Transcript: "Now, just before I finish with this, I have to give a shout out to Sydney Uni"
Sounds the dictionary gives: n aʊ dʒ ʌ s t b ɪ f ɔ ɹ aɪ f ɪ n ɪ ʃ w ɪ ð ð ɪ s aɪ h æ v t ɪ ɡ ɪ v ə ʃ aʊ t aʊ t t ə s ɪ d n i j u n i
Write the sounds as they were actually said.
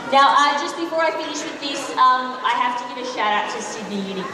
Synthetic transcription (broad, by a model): n aʊ dʒ ʌ s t b ɪ f ɔ ɹ aɪ f ɪ n ɪ ʃ w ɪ ð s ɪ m aɪ h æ f t ɪ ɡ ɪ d ə ʃ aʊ t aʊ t t ə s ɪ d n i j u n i